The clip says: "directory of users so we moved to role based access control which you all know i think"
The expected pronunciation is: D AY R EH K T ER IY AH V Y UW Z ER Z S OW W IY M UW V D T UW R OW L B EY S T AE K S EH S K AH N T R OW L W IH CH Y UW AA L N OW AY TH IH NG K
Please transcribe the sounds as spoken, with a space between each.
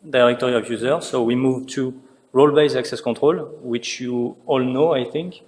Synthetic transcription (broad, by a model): D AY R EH K T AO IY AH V Y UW Z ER S OW W IY M UW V T UW R OW L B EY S AE K S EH S K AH T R OW L W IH CH Y UW AA L N OW AY TH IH NG K